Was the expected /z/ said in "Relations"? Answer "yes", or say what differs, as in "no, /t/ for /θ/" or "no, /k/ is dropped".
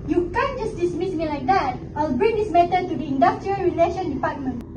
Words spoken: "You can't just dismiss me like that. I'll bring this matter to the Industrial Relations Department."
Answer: no, /z/ is dropped